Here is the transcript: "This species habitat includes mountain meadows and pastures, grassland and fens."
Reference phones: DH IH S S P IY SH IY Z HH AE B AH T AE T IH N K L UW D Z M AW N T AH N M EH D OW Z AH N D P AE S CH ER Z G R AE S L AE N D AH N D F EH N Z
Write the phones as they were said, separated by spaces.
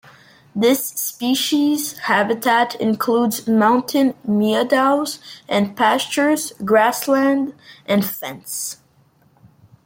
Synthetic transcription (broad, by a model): DH IH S S P IY SH IY Z HH AE B AH T AE T IH N K L UW D Z M AW N T AH N M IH D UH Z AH N P AE S CH ER Z G R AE S L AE N D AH N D F EH N S